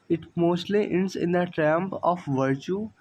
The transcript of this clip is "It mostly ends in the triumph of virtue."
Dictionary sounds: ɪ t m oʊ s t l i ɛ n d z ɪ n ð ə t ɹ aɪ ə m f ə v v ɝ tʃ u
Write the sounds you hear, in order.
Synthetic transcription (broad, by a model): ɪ t m oʊ s t l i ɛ n d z ɪ n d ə t ɹ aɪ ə m p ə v v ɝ tʃ u